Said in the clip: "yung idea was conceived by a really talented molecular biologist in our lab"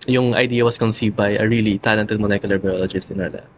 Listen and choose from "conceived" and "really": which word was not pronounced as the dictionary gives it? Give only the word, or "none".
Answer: none